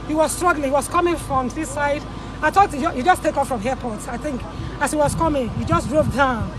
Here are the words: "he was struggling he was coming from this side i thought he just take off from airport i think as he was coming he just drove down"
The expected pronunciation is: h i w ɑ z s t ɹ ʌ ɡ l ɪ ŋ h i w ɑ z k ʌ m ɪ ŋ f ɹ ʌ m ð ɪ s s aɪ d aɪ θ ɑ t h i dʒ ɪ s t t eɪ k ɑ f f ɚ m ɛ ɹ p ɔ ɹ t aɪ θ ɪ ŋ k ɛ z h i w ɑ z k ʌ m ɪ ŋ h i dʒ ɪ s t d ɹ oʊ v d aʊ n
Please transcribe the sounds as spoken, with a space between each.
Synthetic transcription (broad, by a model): h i w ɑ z s t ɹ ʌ ɡ l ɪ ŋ h i w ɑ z k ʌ m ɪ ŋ f ɹ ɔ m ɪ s s aɪ d aɪ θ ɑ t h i dʒ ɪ s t t eɪ k ɑ f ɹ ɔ m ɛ p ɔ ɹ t aɪ θ ɪ ŋ k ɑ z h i w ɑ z k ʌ m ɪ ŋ h i dʒ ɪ s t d ɹ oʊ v d aʊ n